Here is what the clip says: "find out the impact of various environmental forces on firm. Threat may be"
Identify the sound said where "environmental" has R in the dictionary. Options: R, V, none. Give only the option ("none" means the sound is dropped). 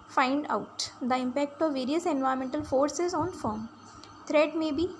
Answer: none